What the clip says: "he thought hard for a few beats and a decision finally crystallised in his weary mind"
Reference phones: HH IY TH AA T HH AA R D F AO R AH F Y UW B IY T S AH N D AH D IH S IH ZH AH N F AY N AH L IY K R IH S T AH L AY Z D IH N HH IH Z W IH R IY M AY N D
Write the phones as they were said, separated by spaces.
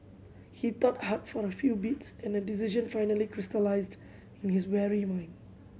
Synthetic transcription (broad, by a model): HH IY T AA T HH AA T F AO R AH F Y UW B IY T S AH N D AH D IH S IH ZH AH N F AY N AH L IY K R IH S T AH L AY Z D IH N HH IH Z W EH R IY M AY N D